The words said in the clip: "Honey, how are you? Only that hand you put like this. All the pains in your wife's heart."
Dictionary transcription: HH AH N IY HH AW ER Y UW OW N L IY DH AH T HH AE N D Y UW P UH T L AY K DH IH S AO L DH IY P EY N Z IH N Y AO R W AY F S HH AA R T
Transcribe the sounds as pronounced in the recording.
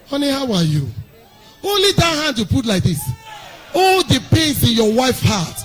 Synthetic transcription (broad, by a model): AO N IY HH AW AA Y UW OW N L IY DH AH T HH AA N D Y UW P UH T L AY K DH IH S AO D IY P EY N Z IH N Y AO W AY F HH AA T